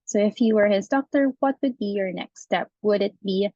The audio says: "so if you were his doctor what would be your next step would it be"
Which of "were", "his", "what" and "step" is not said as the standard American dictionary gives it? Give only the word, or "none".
none